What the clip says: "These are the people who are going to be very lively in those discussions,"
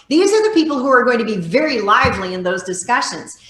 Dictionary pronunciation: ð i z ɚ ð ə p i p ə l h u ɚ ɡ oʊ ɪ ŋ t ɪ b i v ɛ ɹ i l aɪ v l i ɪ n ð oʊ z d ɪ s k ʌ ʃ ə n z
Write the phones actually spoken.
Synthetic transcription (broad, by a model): ð i z ɚ ð ə p i p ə l h u ɚ ɡ oʊ ɪ ŋ t ɪ b i v ɛ ɹ i l aɪ v l i ɪ n ð oʊ z d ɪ s k ʌ ʃ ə n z